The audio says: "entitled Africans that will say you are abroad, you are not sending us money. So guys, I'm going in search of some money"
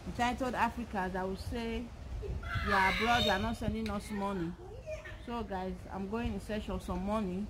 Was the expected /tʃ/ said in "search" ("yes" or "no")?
no